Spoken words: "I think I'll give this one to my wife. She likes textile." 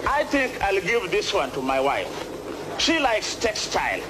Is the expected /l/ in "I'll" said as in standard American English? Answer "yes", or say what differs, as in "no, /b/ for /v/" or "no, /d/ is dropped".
yes